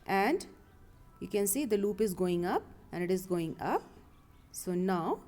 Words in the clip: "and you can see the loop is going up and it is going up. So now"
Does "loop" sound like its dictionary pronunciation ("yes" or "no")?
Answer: yes